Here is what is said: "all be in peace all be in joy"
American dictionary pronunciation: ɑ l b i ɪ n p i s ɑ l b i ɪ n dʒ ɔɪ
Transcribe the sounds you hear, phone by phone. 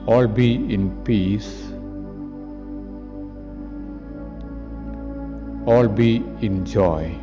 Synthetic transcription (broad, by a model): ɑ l b i ɪ n p i s ɑ l b i ɪ n dʒ ɔɪ